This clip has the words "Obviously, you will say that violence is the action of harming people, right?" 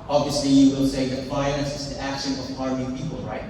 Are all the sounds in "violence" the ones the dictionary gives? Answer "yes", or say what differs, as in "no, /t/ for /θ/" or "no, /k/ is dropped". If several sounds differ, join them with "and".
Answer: no, /f/ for /v/ and /n/ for /l/